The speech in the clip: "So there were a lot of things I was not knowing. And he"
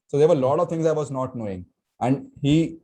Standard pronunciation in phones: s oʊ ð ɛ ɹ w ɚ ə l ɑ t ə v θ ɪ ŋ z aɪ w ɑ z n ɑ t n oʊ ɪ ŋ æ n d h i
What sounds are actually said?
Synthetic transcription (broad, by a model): s oʊ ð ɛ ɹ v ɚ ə l ɑ t ə v t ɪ ŋ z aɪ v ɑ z n ɑ t n oʊ ɪ ŋ æ n d h i